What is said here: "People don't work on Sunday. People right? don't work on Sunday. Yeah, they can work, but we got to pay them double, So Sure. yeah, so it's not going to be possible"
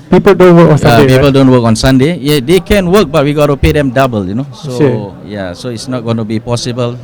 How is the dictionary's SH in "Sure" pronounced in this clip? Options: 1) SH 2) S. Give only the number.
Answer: 2